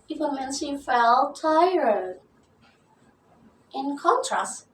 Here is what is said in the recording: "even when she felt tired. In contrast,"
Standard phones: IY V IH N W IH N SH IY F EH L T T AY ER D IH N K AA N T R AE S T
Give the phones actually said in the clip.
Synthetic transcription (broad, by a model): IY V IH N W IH N S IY F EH L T T AY ER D IH N K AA N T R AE S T